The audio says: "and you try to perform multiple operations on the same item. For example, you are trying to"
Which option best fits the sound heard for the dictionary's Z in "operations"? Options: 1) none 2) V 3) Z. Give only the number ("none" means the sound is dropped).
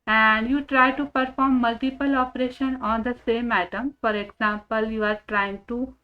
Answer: 1